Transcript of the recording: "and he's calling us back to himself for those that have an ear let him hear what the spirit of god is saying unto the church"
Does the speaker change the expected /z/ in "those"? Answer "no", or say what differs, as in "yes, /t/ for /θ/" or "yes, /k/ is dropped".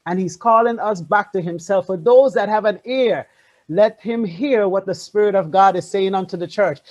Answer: no